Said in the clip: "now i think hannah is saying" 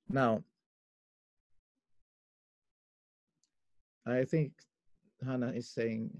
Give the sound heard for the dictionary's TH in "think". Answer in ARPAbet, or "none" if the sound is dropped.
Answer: TH